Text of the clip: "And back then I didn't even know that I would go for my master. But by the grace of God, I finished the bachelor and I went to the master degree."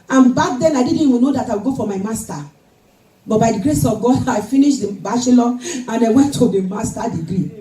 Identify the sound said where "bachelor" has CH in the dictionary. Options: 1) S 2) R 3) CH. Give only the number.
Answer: 1